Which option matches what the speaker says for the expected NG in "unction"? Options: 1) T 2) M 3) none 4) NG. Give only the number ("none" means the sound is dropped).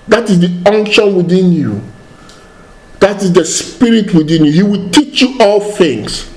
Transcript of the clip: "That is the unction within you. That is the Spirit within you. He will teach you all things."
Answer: 4